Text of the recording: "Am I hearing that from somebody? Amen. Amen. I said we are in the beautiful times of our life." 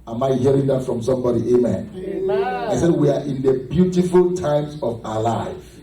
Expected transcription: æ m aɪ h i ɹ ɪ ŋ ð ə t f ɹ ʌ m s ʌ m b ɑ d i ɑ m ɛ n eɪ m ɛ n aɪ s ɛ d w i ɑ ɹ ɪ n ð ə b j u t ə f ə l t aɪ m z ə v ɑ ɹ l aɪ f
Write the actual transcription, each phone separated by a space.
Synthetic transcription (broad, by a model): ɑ m aɪ h i ɹ ɪ ŋ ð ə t f ɹ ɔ m s ʌ m b ɑ d i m eɪ m ɛ n aɪ s ɛ d w i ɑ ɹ ɪ n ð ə b j u t ə f ə l t aɪ m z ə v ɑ l aɪ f